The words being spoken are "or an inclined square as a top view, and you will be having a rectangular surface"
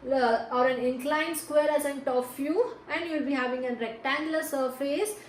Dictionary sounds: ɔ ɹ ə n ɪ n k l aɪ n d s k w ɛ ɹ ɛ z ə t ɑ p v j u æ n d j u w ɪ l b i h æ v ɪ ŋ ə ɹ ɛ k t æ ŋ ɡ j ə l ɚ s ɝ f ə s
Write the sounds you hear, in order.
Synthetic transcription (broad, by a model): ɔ ɹ ə n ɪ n k l aɪ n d s k w ɛ ɹ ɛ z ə t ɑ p f j u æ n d j u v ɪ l b i h æ v ɪ ŋ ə ɹ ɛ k t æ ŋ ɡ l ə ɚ s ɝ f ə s